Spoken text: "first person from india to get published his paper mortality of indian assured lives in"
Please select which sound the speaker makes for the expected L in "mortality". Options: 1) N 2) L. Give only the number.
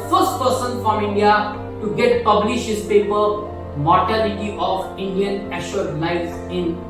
1